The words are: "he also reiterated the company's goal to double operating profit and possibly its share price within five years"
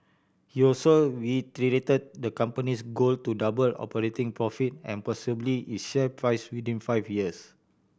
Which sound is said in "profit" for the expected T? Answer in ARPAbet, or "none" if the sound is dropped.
T